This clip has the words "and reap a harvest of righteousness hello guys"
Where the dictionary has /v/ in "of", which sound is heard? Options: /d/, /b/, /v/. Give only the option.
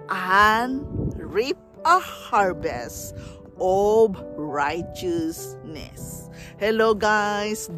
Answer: /b/